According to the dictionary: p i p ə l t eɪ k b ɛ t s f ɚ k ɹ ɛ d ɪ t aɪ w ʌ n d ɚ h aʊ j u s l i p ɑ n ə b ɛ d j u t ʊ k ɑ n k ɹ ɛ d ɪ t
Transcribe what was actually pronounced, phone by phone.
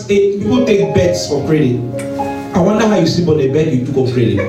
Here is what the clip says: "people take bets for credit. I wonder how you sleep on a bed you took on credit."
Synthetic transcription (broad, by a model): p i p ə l t eɪ k b ɛ t s f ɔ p ɹ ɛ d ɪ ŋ aɪ w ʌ n d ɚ h aʊ j u s i b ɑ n ə b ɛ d j u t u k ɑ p ɹ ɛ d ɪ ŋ